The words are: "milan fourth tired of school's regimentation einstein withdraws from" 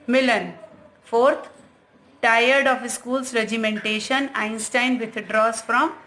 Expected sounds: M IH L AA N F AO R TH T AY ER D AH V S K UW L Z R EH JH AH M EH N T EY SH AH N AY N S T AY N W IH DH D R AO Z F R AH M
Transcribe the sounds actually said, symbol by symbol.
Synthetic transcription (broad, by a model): M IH L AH N F AO R T T AY ER D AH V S K UW L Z R EH JH AH M EH N T EY SH AH N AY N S T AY N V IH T D R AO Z F R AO M